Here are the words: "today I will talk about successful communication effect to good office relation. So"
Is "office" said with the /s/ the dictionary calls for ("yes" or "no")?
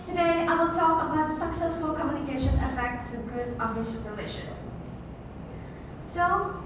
no